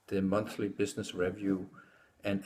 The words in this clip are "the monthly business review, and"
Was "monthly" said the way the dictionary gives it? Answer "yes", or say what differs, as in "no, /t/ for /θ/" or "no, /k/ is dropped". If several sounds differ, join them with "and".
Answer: yes